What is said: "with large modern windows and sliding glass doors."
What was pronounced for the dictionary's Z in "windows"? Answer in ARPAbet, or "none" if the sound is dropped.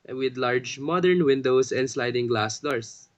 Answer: S